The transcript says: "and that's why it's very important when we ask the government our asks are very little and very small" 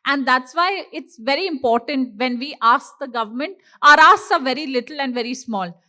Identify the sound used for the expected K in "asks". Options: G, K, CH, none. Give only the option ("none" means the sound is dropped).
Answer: none